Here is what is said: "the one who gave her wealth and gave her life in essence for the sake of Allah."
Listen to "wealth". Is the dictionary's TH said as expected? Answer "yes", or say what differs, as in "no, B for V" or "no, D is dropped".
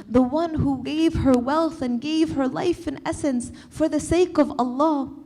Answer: yes